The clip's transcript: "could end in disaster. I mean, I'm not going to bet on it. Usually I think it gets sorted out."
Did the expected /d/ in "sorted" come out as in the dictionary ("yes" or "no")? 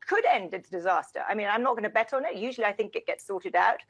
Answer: yes